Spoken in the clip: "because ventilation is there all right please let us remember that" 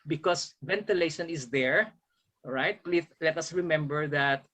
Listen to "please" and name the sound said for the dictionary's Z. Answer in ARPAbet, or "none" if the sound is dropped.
S